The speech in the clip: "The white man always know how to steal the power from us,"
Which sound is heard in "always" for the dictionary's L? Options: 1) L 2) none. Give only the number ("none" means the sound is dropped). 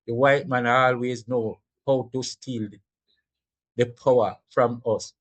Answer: 1